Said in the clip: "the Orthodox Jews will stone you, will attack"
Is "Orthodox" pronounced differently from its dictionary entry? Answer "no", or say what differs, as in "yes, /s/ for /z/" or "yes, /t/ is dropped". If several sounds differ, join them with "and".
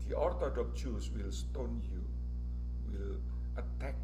yes, /t/ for /θ/ and /s/ is dropped